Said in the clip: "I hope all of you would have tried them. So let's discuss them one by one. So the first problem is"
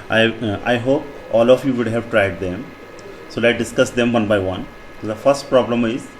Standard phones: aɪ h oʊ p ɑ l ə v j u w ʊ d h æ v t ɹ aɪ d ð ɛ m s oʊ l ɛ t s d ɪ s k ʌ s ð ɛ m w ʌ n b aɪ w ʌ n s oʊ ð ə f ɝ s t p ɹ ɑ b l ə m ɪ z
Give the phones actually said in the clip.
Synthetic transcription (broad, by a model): aɪ h oʊ p ɑ l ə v j u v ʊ d h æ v t ɹ aɪ d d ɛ m s oʊ l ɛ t d ɪ s k ʌ s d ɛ m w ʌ n b aɪ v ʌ n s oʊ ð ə f ɝ s t p ɹ ɑ b l ə m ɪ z